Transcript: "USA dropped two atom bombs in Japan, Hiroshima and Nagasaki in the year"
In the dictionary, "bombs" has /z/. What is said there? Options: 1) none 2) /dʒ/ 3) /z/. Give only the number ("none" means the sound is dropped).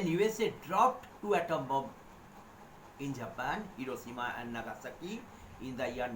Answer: 1